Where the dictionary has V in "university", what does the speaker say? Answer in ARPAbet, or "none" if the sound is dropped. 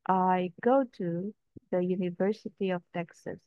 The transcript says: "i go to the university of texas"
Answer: V